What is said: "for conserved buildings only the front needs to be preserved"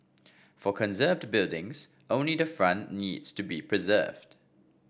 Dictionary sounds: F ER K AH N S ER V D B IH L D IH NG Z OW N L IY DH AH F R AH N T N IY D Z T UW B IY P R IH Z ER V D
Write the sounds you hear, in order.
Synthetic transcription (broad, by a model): F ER K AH N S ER V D B IH L D IH NG Z OW N L IY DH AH F R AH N N IY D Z T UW B IY P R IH Z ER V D